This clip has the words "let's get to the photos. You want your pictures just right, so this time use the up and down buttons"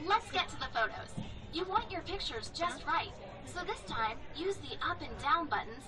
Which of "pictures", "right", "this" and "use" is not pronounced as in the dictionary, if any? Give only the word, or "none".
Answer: none